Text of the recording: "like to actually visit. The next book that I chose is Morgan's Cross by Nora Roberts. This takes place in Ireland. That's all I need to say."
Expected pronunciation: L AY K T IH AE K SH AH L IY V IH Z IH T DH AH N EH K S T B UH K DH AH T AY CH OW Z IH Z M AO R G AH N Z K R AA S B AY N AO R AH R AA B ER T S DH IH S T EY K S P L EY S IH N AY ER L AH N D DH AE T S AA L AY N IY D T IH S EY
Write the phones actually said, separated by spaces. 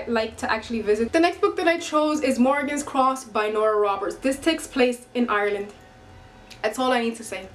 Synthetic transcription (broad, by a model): L AY K T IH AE K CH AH L IY V IH Z IH T DH AH N EH K S T B UH K DH AH T AY CH OW Z IH Z M AO R G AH N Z K R AA S B AY N AO R AH R AA B ER T S DH IH S T EY K S P L EY S IH N AY ER L AH N D DH AE T S AA L AY N IY D T IH S EY